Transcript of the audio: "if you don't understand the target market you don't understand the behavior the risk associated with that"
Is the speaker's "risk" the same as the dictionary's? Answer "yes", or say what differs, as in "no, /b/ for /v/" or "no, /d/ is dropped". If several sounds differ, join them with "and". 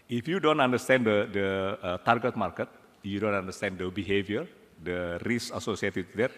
no, /k/ is dropped